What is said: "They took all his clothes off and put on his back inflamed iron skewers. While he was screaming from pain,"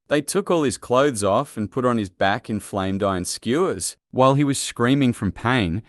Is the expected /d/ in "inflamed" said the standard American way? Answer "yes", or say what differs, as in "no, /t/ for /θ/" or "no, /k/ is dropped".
yes